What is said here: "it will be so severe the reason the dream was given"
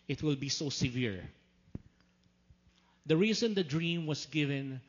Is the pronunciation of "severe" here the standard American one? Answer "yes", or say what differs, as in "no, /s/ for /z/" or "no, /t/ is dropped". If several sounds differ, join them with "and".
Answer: yes